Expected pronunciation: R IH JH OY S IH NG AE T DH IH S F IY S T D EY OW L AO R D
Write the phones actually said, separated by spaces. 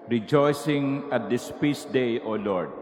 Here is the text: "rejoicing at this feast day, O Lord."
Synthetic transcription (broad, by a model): R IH JH OY S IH NG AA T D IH S P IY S D EY OW L AO R D